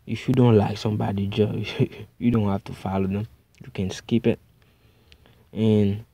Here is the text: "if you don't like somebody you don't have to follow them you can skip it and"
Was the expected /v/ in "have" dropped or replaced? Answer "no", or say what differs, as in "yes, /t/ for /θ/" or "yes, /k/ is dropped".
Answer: yes, /f/ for /v/